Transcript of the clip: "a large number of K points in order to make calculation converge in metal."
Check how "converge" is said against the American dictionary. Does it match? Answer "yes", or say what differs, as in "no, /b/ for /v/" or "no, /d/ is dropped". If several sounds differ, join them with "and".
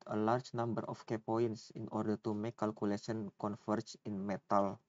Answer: no, /f/ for /v/